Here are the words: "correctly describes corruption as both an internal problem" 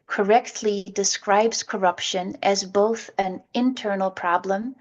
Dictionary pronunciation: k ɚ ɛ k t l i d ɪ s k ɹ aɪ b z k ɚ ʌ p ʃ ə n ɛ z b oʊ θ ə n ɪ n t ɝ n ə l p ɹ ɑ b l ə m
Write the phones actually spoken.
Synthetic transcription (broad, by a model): k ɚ ɛ k t l i d ɪ s k ɹ aɪ b z k ɚ ʌ p ʃ ə n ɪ z b oʊ θ ə n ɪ n t ɝ n l p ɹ ɑ b l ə m